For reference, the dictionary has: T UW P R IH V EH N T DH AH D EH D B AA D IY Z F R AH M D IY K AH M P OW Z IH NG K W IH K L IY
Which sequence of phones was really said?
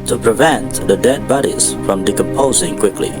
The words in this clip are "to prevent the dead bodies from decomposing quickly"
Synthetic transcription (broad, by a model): T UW P R IH V EH N T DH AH D EH D B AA D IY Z F R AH M D IY K AH M P OW Z IH NG K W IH K L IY